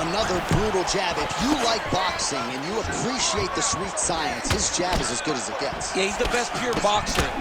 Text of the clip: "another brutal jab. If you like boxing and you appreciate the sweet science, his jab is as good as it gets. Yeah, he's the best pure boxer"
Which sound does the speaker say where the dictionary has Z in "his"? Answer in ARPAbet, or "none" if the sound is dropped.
S